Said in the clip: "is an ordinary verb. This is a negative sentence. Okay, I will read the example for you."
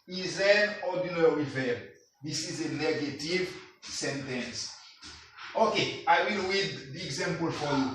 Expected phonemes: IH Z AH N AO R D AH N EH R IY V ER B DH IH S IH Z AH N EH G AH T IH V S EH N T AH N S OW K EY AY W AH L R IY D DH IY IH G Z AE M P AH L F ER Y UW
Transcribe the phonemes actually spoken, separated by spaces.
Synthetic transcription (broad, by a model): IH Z AH N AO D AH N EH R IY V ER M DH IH S IH Z AH N EH G AH T IH V S EH N T AH N S OW K EY AY W AH L W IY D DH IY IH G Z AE M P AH L F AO Y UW